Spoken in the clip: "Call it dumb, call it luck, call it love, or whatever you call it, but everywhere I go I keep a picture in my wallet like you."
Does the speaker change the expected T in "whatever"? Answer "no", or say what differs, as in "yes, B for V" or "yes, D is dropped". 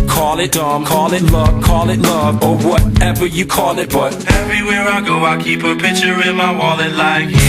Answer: no